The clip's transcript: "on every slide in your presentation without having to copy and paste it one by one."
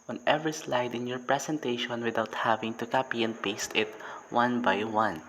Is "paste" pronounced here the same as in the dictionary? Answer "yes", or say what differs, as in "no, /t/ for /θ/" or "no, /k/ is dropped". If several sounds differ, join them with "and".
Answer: yes